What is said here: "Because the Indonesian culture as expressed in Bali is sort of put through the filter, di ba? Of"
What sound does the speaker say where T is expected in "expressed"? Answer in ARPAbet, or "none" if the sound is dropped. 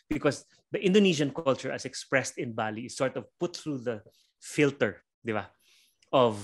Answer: T